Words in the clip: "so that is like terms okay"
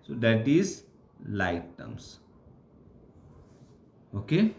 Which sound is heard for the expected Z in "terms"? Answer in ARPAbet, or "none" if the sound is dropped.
S